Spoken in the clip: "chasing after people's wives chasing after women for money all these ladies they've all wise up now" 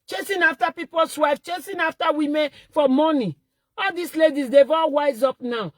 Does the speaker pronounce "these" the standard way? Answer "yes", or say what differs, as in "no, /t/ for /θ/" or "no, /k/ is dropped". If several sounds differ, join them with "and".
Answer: no, /s/ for /z/